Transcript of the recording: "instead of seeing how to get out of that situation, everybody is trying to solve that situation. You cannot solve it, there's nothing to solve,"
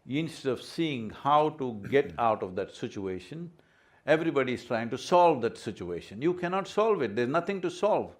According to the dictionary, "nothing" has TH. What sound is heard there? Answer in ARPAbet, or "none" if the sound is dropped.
T